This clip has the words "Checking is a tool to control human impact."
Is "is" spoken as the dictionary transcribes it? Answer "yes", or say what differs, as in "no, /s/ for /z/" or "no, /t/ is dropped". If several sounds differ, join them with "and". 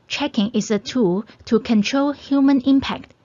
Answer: no, /s/ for /z/